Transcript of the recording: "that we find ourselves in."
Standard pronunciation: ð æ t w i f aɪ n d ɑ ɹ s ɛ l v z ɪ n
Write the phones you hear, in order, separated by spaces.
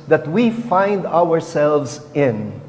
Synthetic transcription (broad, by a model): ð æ t w i f aɪ n d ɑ ɹ s ɛ l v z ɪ n